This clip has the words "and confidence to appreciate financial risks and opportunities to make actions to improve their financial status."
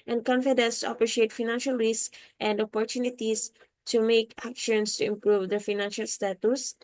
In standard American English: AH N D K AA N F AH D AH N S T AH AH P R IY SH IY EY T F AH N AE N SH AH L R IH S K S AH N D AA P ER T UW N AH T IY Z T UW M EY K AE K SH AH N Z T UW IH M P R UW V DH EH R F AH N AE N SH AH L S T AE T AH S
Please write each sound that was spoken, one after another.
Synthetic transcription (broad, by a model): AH N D K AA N F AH D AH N S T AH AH P R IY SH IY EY T F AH N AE N SH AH L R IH S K AH N D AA P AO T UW N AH T IY S T UW M EY K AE K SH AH N S T UW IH M P R UW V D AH F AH N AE N SH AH L S T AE T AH S